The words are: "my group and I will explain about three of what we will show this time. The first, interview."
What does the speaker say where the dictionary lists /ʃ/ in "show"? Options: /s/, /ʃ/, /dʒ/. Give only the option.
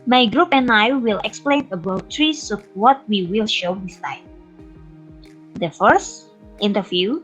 /ʃ/